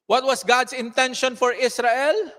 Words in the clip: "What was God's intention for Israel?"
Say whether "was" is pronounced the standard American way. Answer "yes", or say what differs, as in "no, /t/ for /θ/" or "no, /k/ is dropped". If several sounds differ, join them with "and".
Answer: no, /s/ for /z/